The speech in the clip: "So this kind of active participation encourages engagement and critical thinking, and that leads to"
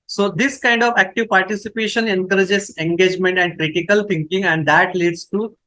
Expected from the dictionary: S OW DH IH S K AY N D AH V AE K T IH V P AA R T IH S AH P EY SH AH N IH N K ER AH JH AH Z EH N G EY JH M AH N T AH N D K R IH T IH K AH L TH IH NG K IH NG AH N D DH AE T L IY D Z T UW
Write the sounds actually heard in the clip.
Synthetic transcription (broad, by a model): S OW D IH S K AY N D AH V AE K T IH V P AA R T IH S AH P EY SH AH N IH N K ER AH JH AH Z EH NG G EY JH M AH N T AH N D K R IH T IH K AH L T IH NG K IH NG AH N D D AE T L IY D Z T UW